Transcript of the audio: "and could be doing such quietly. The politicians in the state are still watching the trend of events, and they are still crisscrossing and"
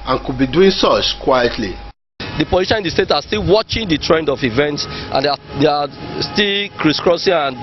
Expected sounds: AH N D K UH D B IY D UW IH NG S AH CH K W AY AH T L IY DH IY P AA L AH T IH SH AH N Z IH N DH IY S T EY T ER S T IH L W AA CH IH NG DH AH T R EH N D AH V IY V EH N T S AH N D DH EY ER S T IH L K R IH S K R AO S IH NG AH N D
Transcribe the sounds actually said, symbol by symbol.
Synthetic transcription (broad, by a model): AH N K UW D B IY D UW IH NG S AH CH K W AY AH T L IY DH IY P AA L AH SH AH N IH N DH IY S T EY T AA S T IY L W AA CH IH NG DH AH T R EH N D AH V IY V EH N T S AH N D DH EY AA S T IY L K R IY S K R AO S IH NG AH N